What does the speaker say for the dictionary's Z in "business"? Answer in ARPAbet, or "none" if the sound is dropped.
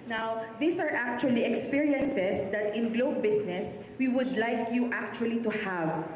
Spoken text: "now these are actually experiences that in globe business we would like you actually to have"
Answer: S